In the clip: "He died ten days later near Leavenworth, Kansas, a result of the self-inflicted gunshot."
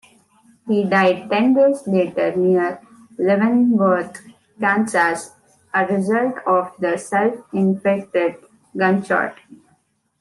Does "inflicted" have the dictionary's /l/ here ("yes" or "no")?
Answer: no